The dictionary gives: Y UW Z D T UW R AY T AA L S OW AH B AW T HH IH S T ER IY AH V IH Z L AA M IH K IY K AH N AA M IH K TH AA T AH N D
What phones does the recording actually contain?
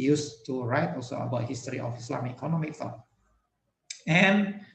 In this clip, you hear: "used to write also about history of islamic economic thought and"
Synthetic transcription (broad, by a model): Y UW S T UW R AY T AA L S OW AH B AW T HH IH S T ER IY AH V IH S L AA M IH IY K AH N AA M IH K F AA AH N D